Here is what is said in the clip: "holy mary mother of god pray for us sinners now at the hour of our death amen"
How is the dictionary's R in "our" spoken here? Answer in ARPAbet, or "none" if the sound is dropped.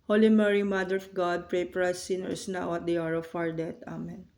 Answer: R